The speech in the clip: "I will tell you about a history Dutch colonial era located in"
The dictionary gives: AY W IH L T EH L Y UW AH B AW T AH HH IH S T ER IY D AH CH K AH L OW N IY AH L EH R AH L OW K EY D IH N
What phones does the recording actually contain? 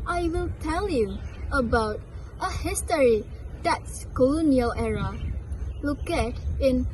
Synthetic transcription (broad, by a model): AY W IH L T EH L Y UW AH B AW T AH HH IH S T ER IY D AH S K AH L OW N IY AH L EH R AH L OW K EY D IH N